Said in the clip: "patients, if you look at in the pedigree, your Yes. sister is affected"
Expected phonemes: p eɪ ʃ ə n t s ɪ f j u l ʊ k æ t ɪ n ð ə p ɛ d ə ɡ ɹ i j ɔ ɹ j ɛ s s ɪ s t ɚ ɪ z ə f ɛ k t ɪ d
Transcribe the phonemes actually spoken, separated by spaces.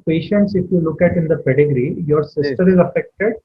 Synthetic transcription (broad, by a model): p eɪ ʃ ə n t s ɪ f j u l ʊ k æ t ɪ n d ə p ɛ d ə ɡ ɹ i j ɔ ɹ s s ɪ s t ɚ ɪ z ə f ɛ k t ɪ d